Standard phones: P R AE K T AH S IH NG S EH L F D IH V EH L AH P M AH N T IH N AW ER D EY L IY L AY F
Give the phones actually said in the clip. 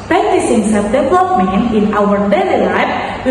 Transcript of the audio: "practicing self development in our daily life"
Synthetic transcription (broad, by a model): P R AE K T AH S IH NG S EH F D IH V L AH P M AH N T IH N AW ER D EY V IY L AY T